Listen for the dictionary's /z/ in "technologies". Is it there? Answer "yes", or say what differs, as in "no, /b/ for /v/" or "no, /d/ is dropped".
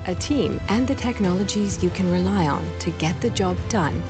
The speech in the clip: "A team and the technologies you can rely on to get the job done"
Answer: yes